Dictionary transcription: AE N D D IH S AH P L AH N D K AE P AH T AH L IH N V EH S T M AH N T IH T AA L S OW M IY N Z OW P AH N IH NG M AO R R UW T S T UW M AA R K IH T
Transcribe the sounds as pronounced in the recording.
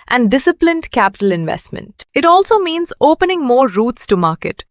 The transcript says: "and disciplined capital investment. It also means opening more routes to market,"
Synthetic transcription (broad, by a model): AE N D D IH S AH P L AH N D K AE P AH T AH L IH N V EH S T M AH N T IH T AA L S OW M IY N Z OW P AH N IH NG M AO R R UW T S T UW M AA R K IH T